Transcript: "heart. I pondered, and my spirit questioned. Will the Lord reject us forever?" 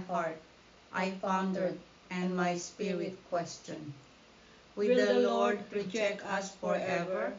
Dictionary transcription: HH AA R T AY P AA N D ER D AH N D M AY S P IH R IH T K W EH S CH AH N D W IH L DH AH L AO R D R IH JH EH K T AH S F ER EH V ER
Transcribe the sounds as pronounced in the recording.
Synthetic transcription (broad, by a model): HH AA R T AY F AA N D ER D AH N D M AY S P IH R IH T K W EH S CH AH N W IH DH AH L AO R D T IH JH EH K AH S F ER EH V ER